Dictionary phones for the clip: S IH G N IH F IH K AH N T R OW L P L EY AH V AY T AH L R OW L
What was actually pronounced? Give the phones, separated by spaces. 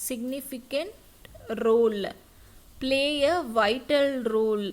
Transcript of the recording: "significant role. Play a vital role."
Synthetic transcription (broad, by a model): S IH G N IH F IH K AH N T R OW L P L EY AH V AY T AH L R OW L